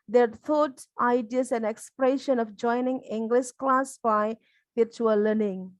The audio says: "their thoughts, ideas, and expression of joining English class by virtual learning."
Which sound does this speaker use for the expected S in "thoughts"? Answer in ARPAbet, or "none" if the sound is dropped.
none